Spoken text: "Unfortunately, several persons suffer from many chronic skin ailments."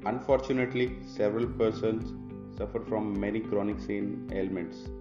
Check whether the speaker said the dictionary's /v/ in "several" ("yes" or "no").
yes